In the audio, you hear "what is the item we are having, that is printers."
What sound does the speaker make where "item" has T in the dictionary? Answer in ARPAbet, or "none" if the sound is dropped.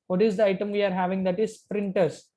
T